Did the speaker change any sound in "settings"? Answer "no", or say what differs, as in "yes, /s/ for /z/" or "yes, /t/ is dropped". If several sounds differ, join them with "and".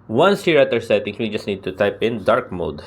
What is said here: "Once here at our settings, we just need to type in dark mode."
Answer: yes, /z/ is dropped